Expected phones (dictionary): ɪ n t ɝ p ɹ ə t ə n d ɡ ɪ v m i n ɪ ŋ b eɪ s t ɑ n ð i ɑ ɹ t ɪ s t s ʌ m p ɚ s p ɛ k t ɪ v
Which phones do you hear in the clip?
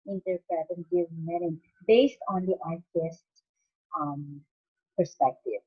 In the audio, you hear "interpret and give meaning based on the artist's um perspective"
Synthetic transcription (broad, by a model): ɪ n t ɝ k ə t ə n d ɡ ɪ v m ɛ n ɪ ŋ b eɪ s t ɑ n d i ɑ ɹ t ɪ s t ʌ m p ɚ s p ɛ k t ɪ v